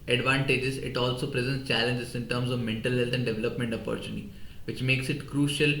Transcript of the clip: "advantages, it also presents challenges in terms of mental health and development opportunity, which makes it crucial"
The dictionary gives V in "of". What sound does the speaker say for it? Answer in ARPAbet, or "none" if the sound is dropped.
V